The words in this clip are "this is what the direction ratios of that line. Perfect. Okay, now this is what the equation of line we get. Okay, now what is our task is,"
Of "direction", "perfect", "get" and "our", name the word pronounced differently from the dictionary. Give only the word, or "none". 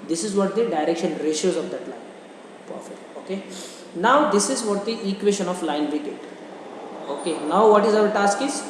perfect